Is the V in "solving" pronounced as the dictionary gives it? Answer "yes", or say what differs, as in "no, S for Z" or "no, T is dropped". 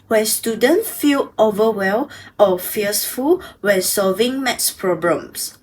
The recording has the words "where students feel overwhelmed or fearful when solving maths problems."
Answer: yes